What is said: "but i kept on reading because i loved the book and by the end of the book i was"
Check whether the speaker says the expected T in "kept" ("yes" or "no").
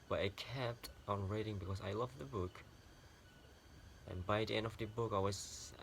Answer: yes